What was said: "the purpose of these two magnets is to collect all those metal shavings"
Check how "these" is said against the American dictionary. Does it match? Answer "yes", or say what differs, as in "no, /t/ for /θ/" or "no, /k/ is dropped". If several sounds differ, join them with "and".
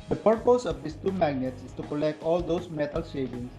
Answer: no, /s/ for /z/